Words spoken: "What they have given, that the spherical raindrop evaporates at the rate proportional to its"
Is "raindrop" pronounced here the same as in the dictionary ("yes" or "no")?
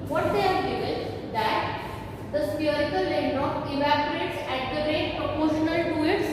no